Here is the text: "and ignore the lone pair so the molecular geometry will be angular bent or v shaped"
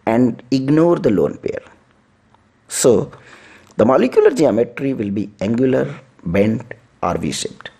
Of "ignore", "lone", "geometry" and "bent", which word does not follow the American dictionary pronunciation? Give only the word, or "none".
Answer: none